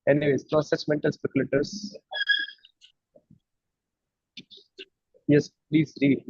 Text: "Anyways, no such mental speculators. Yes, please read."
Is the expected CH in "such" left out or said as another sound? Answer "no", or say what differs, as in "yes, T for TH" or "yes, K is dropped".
yes, S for CH